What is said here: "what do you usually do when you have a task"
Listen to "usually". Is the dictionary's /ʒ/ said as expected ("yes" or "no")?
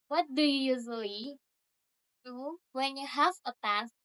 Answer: no